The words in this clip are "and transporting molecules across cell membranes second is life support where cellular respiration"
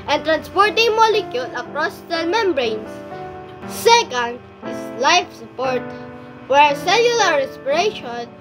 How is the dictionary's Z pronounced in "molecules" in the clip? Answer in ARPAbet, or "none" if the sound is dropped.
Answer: none